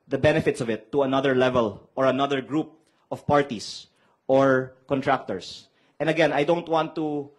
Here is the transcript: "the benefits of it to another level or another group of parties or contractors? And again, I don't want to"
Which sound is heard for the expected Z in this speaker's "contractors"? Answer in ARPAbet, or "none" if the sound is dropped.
S